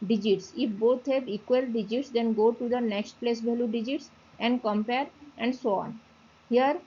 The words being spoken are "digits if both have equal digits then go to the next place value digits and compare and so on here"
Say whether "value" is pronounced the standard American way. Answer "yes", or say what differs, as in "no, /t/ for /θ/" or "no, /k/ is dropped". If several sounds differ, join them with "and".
no, /b/ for /v/